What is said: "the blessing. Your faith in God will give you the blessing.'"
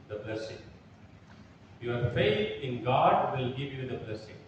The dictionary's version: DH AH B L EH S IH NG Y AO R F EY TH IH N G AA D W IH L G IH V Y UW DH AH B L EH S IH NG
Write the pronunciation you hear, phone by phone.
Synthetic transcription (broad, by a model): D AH B L EH S IH NG Y AO R F EY T IH N G AA D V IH L G IH V Y UW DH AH B L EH S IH NG